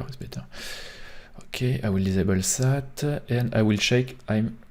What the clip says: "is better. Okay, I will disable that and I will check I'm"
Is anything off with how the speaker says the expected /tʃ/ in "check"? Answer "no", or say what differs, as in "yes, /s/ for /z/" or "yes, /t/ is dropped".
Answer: yes, /ʃ/ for /tʃ/